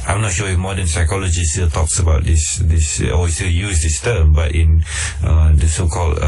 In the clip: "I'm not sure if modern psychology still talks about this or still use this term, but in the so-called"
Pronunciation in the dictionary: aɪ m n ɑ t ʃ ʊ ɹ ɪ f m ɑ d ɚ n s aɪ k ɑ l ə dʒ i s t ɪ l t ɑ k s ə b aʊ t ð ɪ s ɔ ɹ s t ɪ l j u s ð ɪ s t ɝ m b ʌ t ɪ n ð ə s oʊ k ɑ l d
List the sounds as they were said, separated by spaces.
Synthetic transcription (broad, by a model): aɪ m n ɑ t ʃ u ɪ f m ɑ d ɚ n s aɪ k ɑ l ə dʒ i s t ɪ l t ɑ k s ə b aʊ t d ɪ s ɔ w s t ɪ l j u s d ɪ s t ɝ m b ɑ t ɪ n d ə s oʊ k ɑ l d